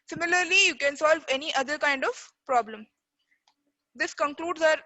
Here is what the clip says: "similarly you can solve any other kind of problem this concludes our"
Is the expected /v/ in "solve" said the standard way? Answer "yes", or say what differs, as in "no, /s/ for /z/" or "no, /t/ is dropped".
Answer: yes